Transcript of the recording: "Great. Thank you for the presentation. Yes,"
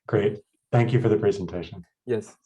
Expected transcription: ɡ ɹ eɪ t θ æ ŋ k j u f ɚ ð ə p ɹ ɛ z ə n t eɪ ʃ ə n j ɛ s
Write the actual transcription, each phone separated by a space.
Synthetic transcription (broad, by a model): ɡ ɹ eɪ t θ æ ŋ k j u f ɚ ð ə p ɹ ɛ z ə n t eɪ ʃ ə n j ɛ s